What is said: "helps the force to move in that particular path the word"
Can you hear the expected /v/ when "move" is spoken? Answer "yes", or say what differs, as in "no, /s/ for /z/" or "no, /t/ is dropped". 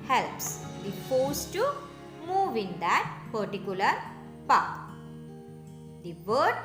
yes